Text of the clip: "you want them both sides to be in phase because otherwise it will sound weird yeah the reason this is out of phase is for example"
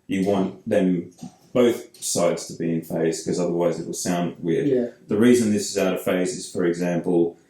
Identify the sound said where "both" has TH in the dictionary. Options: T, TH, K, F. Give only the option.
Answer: TH